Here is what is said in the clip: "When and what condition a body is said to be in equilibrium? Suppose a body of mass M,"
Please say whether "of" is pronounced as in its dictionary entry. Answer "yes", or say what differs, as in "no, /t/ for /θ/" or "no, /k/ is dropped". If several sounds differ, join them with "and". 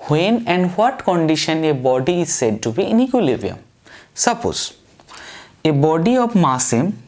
no, /b/ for /v/